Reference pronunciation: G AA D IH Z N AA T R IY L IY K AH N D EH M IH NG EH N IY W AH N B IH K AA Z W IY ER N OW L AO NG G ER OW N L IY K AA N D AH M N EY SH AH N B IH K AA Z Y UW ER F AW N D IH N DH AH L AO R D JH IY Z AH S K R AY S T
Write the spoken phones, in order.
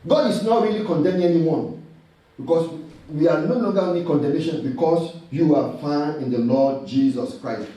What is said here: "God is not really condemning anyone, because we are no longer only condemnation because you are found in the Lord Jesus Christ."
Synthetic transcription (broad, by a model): G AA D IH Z N AA T R IY L IY K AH N D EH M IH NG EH N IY W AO N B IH K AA S W IY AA N OW L AO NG G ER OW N IY K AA N D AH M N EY SH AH N B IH K AA S Y UW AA F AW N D IH N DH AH L AO D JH IY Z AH S K R AY S T